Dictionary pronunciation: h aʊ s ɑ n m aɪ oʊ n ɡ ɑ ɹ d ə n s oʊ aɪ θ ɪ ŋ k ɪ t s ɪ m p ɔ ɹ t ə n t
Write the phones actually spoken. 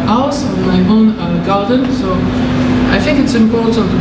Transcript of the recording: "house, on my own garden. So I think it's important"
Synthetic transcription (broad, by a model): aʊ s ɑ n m aɪ oʊ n ɡ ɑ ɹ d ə n s oʊ aɪ θ ɪ ŋ k ɪ t s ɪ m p ɔ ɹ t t